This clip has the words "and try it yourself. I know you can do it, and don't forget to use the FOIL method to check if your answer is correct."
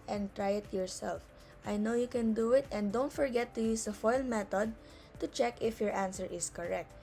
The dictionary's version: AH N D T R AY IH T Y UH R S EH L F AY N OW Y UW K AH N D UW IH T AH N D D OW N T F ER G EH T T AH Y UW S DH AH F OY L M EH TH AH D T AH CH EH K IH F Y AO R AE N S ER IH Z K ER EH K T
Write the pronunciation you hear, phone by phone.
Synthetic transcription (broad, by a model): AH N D T R AY IH T Y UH R S EH L F AY N OW Y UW K AH N D UW IH T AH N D D OW N T F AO G EH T T AH Y UW S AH F OY L M EH T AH D T AH CH EH K IH F Y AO R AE N S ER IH S K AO EH K T